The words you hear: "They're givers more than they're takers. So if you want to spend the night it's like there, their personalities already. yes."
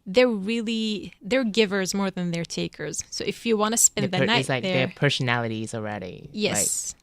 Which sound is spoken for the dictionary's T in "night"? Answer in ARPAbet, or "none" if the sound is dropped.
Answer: none